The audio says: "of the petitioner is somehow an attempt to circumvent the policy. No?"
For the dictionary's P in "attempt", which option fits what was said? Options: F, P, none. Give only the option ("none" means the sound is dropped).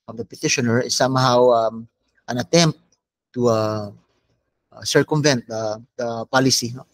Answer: P